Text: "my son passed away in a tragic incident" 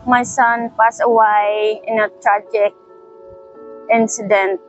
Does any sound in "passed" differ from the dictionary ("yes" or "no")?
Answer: yes